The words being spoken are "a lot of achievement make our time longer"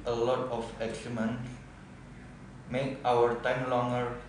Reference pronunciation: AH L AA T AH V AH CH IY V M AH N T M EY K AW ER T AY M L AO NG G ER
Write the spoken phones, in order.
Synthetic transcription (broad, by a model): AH L AA T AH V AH S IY M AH N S M EY K AW ER T AY M L AO NG G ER